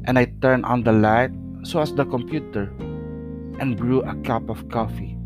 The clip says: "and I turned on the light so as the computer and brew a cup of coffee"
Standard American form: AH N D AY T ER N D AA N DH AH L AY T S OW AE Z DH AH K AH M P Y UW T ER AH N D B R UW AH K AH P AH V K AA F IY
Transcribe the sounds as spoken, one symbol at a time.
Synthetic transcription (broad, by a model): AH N AY T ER N AA N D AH L AY T S OW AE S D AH K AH M P Y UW T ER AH N B R UW AH K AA P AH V K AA F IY